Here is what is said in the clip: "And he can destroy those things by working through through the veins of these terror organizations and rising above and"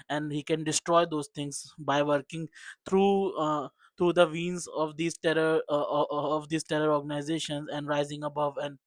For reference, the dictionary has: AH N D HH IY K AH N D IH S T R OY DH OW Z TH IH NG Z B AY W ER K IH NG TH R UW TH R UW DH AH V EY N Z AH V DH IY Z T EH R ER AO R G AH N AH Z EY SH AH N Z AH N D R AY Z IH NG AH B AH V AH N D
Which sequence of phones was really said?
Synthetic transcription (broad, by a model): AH N D HH IY K AH N D IH S T R OY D OW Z T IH NG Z B AY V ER K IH NG T R UW T R UW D AH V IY N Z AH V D IY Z T EH R ER AO R G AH N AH Z EY SH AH N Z AH N D R AY Z IH NG AH B AH V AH N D